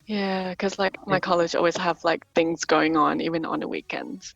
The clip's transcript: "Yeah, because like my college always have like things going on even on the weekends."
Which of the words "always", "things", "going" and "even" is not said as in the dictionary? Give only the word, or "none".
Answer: none